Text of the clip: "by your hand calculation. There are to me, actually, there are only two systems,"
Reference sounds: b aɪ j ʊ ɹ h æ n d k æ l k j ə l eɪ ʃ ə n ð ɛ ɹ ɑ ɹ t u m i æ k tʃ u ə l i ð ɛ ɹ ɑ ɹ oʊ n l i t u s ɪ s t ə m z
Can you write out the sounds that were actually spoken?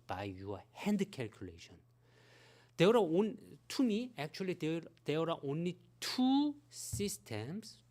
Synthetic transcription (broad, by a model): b aɪ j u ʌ h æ n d k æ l k j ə l eɪ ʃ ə n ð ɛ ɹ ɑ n t u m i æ k tʃ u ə l i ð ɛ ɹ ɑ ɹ oʊ n l i t u s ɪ s t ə m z